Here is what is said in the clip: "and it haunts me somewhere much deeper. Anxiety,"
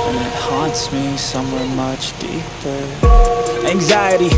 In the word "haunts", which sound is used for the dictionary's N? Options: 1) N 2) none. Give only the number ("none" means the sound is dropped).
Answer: 1